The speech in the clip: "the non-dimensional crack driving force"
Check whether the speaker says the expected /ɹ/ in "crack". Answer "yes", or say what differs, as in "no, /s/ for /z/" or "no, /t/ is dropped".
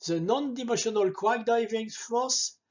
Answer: no, /w/ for /ɹ/